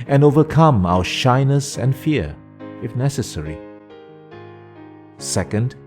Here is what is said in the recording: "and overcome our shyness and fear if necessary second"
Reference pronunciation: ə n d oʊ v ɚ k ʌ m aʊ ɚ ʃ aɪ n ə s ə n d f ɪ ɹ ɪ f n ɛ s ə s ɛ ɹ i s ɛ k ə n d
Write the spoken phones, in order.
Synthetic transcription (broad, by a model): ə n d oʊ v ɚ k ʌ m aʊ ɚ ʃ aɪ n ə s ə n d f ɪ ɹ ɪ f n ɛ s ə s ɛ ɹ i s ɛ k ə n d